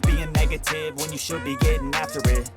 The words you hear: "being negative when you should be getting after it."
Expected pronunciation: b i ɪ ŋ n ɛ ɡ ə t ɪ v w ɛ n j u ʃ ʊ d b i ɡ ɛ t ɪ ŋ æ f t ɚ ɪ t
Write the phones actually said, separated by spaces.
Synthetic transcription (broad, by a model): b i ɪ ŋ n ɛ ɡ ə t ɪ v w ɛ n j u ʃ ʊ d b i ɡ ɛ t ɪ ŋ æ f t ɚ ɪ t